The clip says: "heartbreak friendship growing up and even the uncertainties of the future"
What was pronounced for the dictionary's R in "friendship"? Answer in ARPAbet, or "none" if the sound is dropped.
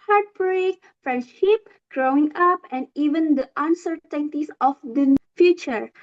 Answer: R